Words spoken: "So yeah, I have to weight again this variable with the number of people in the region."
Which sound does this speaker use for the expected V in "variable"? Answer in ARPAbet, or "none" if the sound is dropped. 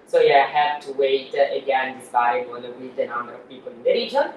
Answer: B